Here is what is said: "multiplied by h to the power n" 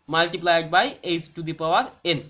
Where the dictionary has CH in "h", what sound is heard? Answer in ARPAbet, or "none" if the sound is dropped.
S